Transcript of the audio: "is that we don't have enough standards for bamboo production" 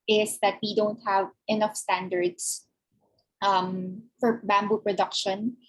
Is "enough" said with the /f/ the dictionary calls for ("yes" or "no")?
yes